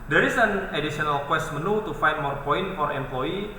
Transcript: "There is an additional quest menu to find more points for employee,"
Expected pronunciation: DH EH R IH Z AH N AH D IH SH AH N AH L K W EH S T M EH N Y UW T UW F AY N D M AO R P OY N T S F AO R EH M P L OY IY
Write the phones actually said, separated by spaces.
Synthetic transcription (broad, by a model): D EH R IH S AH N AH D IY S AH N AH L K W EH S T M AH N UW T UW F AY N M AO R P OY N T F AO R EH M P L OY IY